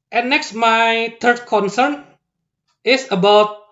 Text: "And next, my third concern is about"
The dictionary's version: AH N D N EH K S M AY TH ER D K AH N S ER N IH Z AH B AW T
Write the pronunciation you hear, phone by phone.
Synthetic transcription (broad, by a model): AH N N EH K S M AY T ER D K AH N S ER N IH S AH B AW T